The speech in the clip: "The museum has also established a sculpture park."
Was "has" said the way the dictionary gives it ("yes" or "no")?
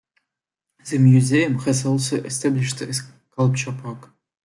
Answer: no